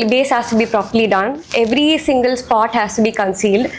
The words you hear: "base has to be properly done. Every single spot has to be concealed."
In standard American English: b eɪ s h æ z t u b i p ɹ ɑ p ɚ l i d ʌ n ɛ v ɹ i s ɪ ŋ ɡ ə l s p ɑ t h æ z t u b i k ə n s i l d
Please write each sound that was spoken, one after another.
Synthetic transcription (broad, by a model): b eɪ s h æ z t u b i p ɹ ɑ p ɚ l i d ʌ n ɛ v ɹ i s ɪ ŋ ɡ ə l s p ɑ t h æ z t u b i k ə n s i l d